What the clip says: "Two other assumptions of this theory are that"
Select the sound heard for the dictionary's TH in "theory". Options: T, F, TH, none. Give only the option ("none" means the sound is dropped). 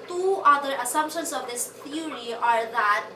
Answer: T